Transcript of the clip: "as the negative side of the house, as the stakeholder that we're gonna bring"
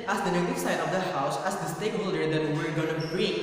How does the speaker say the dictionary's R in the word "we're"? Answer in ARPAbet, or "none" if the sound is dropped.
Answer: R